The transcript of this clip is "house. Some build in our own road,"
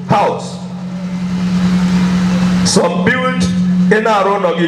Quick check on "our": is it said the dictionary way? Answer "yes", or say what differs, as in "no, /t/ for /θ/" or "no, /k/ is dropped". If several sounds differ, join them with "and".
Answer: yes